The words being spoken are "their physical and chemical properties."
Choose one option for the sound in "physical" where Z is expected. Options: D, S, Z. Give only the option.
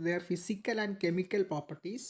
S